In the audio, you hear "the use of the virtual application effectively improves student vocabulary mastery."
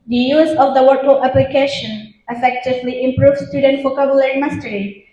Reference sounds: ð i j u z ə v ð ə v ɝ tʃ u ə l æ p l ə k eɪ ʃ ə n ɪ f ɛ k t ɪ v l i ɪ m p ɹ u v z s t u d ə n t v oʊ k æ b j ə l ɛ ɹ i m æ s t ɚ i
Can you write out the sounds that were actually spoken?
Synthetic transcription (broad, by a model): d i j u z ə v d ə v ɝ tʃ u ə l æ p l ə k eɪ ʃ ə n ɪ f ɛ k t ɪ v l i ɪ m p ɹ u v s t u d ə n t f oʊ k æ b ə l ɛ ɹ m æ s t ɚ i